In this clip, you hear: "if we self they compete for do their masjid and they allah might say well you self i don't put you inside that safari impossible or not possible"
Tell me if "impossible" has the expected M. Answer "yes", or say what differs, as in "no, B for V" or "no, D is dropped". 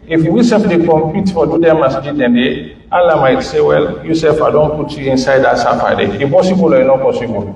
no, M is dropped